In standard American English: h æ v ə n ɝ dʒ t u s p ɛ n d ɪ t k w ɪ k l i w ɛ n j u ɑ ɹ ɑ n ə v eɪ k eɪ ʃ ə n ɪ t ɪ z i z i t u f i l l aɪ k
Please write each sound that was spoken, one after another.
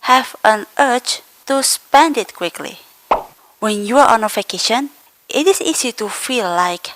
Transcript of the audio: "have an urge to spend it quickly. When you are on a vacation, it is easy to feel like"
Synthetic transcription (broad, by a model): h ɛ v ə n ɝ tʃ t u s p ɛ n d ɪ t k w ɪ k l i w ɛ n j u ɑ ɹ ɑ n ə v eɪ k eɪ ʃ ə n ɪ t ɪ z i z i t u f i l l aɪ k